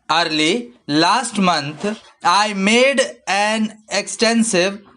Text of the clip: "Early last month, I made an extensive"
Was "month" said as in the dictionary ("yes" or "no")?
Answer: no